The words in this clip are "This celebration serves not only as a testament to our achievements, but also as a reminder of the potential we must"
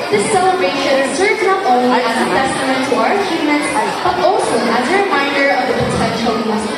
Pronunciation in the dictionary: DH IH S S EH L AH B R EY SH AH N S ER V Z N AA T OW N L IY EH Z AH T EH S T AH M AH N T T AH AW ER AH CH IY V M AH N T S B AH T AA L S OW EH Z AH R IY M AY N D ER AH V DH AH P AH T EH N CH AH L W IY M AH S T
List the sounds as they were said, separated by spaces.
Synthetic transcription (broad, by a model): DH IH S S EH L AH B R EY SH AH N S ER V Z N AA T OW N L IY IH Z AH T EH S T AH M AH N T T AH AW ER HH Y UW M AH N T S B AH T AA L S OW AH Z AH R IY M AY N D ER AH V DH AH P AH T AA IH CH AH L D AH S